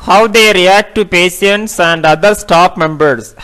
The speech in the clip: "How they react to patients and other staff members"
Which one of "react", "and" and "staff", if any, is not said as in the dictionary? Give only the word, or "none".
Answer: staff